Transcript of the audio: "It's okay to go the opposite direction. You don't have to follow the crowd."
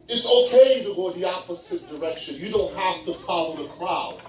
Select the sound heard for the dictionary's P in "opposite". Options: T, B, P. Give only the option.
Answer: P